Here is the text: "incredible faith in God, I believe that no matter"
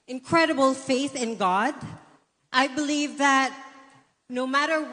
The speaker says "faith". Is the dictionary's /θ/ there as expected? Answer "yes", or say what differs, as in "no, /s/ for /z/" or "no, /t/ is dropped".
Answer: yes